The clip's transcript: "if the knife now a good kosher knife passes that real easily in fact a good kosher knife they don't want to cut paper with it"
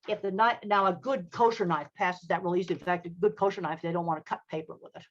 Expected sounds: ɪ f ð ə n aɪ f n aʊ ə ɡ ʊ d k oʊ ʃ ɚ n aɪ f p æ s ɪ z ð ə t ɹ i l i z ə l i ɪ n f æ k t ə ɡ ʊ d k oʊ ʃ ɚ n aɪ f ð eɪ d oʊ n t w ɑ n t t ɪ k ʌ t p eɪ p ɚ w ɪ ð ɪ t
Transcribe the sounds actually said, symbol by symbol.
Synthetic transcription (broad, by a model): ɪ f ð ə n aɪ n aʊ ə ɡ ʊ d k oʊ ʃ ɚ n aɪ f p æ s ɪ z ð ə t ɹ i l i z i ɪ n f æ k t ə ɡ ʊ d k oʊ ʃ ɚ n aɪ f ð eɪ d oʊ n t w ɑ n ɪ k ʌ t p eɪ p ɚ w ɪ ð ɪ t